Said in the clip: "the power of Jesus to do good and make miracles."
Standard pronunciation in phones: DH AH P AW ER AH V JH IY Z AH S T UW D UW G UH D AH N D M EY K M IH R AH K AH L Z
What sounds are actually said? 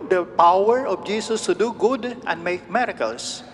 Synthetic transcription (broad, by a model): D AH P AW ER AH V JH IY S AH S T UW D UW G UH D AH N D M EY K M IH R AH K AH L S